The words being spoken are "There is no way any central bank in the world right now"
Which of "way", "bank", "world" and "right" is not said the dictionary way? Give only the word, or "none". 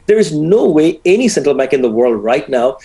none